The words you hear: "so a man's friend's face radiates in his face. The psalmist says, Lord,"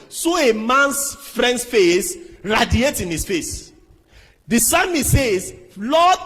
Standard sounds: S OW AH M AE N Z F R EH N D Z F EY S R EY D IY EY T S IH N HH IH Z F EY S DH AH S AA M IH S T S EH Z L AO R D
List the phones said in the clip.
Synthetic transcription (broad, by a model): S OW AH M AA N S F R EH N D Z F EY S R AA D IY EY T IH N HH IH S F EY S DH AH S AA M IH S S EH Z L AO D